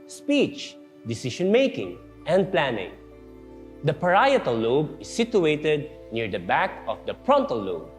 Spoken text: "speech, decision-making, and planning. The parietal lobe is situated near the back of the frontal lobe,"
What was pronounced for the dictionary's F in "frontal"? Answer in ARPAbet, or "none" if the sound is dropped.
P